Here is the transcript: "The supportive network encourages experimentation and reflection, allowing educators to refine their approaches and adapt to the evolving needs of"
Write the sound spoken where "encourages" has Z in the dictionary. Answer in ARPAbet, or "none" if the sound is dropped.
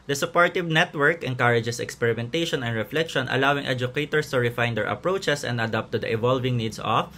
S